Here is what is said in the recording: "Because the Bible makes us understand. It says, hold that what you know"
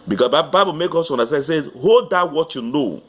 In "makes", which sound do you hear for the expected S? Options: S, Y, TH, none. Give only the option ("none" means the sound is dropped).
none